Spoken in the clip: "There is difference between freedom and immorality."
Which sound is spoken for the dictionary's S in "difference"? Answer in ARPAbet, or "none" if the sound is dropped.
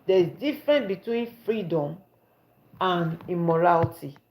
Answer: none